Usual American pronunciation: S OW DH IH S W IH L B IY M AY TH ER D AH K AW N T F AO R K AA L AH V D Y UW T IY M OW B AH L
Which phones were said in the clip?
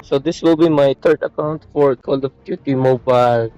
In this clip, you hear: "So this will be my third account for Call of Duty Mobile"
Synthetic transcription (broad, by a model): S OW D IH S W IH L B IY M AY T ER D AH K AW N T F AO R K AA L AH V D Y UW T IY M OW B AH L